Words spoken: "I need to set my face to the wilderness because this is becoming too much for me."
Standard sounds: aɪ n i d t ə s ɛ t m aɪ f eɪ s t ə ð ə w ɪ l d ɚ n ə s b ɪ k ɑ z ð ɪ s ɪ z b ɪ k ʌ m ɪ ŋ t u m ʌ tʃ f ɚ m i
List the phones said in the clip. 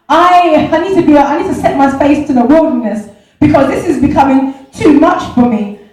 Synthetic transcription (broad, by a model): aɪ n i d t ə s ɛ t m aɪ f eɪ s t ə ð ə w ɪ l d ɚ n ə s b ɪ k ɑ z ð ɪ s ɪ z b ɪ k ʌ m ɪ ŋ t u m ʌ tʃ f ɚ m i